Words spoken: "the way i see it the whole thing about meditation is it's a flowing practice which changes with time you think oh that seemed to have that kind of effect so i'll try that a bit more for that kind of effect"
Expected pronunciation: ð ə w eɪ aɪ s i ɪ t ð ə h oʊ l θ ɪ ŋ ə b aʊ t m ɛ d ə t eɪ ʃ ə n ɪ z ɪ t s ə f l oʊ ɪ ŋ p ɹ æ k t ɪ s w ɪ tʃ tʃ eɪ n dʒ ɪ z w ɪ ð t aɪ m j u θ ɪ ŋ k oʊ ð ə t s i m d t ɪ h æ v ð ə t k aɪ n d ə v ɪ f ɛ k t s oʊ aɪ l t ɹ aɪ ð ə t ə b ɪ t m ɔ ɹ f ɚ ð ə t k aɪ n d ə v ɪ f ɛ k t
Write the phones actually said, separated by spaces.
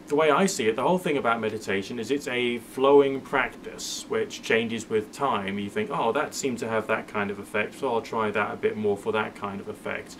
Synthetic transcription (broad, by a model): ð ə w eɪ aɪ s i ɪ t ð ə h oʊ l θ ɪ ŋ ə b aʊ t m ɛ d ə t eɪ ʃ ə n ɪ z ɪ t s ə f l oʊ ɪ ŋ p ɹ æ k t ɪ s w ɪ tʃ tʃ eɪ n dʒ ɪ z w ɪ ð t aɪ m j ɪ θ ɪ ŋ k oʊ ð ə t s i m t ɪ v ð ə t k aɪ n d ə v ɪ f ɛ k t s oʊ aɪ l t ɹ aɪ ð ə t ə b ɪ t m ɔ ɹ f ɚ ð ə t k aɪ n d ə v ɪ f ɛ k t